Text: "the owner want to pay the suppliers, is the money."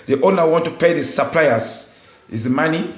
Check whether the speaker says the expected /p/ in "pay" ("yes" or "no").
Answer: yes